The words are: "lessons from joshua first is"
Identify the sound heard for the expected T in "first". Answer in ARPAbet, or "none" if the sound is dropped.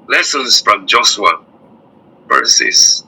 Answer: none